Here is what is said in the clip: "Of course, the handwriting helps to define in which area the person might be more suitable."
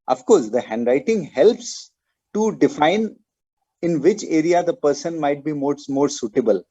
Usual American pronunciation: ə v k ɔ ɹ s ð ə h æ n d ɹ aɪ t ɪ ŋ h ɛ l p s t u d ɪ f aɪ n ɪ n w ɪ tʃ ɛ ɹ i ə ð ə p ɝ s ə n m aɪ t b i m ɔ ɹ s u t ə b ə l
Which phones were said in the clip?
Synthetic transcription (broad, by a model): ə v k ɔ ɹ s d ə h æ n d ɹ aɪ t ɪ ŋ h ɛ l p s t u d ɪ f aɪ n ɪ n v ɪ tʃ ɛ ɹ i ə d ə p ɝ s ə n m aɪ t b i m ɔ ɹ s u t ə b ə l